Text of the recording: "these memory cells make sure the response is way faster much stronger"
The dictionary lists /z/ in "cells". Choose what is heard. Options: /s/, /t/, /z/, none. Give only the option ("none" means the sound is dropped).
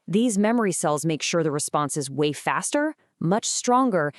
/z/